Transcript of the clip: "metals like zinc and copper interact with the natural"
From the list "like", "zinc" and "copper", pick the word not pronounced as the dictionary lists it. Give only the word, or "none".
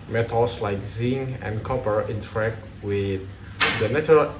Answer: zinc